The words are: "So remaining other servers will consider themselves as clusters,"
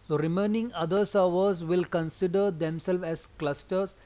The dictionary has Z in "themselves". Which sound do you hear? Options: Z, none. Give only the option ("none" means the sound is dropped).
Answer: none